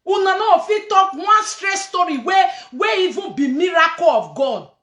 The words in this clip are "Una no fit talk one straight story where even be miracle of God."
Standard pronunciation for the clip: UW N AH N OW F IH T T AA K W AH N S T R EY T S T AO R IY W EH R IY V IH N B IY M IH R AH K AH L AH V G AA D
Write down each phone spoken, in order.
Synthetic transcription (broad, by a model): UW N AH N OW F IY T T AA K W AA N S T R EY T S T AO R IY W EH W IY V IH B IY M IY R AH K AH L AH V G AA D